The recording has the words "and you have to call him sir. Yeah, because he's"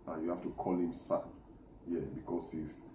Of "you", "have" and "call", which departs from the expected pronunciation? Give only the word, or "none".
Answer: have